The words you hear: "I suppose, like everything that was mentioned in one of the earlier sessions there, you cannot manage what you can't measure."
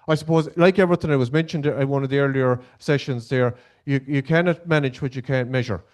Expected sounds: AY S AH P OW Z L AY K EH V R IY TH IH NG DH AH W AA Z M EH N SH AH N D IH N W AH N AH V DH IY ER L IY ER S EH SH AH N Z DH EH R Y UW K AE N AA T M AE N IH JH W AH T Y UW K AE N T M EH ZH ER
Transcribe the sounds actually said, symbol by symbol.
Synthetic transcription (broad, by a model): AY S AH P OW Z L AY K EH V R IY TH IH NG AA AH W AA Z M EH N SH AH N D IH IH W AH N AH V DH IY ER L IY ER S EH SH AH N Z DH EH R Y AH K AE N AA T M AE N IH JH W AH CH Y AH K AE N M EH ZH ER